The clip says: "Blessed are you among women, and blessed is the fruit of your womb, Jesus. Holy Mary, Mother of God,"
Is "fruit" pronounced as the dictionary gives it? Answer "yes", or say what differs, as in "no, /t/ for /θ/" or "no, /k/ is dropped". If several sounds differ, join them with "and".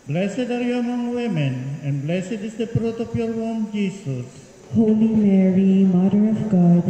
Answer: no, /p/ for /f/